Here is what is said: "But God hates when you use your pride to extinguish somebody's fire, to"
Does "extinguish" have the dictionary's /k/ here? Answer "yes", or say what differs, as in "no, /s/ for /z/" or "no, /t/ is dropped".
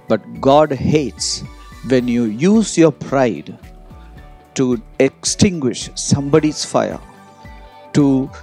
yes